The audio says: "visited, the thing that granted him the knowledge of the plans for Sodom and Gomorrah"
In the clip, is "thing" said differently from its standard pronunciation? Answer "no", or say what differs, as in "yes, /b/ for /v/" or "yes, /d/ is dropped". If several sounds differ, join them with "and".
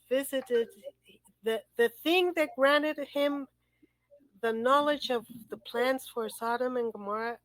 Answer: no